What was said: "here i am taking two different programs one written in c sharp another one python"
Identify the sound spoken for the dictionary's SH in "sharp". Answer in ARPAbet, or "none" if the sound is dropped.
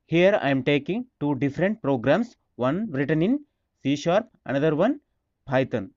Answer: SH